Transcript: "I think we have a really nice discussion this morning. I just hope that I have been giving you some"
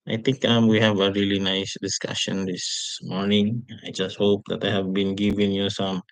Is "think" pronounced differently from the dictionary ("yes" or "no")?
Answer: yes